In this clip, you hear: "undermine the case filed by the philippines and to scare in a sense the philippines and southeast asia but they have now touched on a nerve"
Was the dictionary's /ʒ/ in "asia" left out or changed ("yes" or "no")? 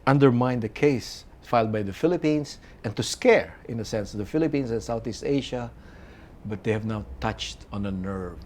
yes